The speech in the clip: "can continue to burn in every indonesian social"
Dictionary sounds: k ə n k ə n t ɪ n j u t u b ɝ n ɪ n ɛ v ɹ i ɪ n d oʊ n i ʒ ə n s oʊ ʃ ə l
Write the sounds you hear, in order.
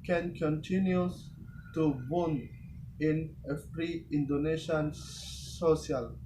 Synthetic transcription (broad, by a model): k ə n k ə n t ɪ n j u t u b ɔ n ɪ n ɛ f ɹ i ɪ n d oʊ n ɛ ʃ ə n s oʊ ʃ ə l